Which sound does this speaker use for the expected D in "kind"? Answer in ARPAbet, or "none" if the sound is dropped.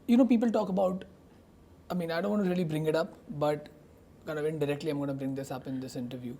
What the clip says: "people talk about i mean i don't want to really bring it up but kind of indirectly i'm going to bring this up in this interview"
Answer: none